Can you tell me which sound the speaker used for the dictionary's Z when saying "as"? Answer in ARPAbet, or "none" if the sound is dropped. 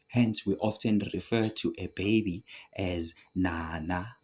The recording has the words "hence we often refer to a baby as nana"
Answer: Z